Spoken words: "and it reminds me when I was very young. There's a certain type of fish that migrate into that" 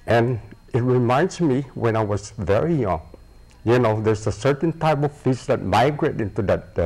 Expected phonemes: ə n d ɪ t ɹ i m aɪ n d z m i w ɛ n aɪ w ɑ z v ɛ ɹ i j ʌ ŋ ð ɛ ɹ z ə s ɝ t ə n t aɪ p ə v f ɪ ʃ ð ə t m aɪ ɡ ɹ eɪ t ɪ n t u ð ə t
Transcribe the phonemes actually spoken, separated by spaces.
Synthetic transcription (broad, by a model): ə n ɪ t ɹ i m aɪ n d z m i w ɛ n aɪ w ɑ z v ɛ ɹ i j ʌ ŋ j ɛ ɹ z ə s ɝ t ə n t aɪ p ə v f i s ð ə t m aɪ ɡ ɹ eɪ t ɪ n t u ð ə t